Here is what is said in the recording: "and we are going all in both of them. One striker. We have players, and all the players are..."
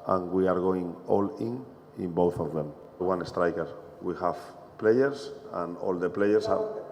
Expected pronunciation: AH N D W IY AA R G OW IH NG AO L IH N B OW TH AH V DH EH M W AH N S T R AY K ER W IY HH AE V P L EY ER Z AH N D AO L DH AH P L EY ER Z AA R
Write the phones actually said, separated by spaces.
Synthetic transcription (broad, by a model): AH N W IY AA R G OW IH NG AO L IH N B OW TH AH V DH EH M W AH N S T R AY K ER W IY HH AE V P L EY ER S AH N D AO L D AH P L EY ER S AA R